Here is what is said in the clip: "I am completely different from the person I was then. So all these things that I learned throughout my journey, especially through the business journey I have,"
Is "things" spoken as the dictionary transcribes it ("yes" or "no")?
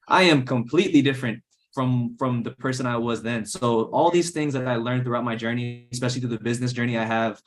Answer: yes